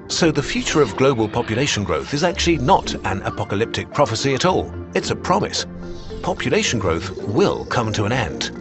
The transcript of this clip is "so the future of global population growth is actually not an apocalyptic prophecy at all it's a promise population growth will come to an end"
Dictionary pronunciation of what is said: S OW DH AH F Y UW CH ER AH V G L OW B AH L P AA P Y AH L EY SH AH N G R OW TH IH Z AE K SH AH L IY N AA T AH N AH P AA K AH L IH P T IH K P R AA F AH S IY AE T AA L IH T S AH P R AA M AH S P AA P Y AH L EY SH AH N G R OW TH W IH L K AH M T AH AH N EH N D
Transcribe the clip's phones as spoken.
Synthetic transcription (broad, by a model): S OW DH AH F Y UW CH ER AH V G L OW B AH L P AA P Y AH L EY SH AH N G R OW TH IH Z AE K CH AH L IY N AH T AH N AH P AA K AH L IH P T IH K P R AA F AH S IY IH T AA L IH T S AH P R AA M AH S P AA P Y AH L EY SH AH N G R OW TH W IH L K AH M T AH AH N EH N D